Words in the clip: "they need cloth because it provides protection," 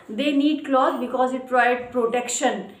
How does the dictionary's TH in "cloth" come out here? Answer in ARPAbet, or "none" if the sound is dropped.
S